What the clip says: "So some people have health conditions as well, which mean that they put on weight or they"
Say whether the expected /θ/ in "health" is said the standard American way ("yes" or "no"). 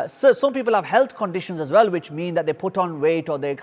no